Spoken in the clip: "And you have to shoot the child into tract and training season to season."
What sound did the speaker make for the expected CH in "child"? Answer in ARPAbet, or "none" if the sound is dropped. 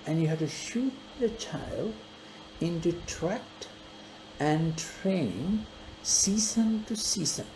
CH